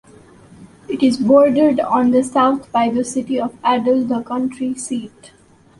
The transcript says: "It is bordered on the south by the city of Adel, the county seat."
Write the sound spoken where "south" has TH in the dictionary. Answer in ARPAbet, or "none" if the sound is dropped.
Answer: T